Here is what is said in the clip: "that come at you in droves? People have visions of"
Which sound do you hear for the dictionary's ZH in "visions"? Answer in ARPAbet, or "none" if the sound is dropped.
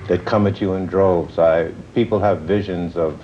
ZH